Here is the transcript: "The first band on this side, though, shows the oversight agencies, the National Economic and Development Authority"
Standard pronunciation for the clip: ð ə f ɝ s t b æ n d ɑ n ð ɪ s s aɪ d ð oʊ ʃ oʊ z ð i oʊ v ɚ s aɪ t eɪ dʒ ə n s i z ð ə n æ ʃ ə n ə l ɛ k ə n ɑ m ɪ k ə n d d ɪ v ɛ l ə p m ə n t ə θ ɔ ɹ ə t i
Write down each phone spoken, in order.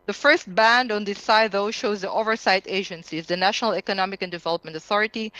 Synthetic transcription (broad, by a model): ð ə f ɝ s t b æ n d ɑ n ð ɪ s s aɪ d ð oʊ ʃ oʊ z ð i oʊ v ɚ s aɪ t eɪ dʒ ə n s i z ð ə n æ ʃ ə n ə l ɛ k ə n ɑ m ɪ k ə n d d ɪ v ɛ l ə p m ə n t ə θ ɔ ɹ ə t i